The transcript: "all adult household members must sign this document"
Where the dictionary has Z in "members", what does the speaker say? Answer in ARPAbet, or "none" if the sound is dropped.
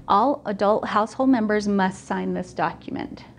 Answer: Z